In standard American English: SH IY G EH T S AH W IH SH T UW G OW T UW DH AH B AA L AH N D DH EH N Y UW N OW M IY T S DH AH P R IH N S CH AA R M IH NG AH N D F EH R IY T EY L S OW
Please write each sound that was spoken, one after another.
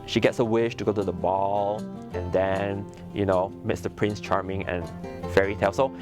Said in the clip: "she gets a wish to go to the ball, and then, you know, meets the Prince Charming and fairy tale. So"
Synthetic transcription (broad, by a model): SH IY G EH T S AH W IH SH T UW G OW T UW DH AH B AA L AH N D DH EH N Y UW N OW M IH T S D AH P R IH N S CH AA R M IH NG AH N F EH R IY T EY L S OW